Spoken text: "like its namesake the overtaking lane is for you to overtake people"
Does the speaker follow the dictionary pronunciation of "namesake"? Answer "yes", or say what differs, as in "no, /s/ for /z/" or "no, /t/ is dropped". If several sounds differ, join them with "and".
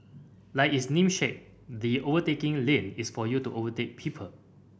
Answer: no, /ʃ/ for /s/